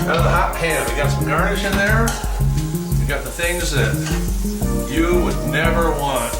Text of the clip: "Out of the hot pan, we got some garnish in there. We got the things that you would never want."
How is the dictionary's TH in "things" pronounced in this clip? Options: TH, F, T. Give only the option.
TH